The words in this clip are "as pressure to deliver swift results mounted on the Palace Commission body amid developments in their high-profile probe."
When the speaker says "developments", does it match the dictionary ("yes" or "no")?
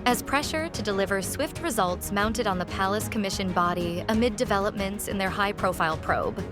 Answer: yes